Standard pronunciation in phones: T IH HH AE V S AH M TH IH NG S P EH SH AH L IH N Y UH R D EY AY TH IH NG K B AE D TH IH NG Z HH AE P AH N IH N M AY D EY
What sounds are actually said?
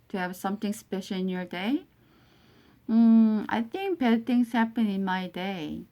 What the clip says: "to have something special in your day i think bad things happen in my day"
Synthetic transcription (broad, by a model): T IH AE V S AH M TH IH NG S P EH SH L IH N Y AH R D EY AY TH IH NG K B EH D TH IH NG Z HH AE P AH N IH N M AY D EY